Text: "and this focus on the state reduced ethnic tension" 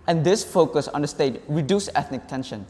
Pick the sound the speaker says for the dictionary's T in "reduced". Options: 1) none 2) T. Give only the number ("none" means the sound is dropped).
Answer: 1